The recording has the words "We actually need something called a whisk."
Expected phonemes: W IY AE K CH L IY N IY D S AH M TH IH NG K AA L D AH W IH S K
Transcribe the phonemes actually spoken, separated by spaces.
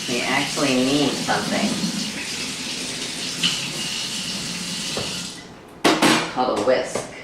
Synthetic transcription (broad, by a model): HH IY AE K CH L IY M IY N S AH M TH IH NG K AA D AH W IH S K